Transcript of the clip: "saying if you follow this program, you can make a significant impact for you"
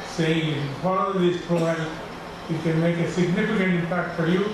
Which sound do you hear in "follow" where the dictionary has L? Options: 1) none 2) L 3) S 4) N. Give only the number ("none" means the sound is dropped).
4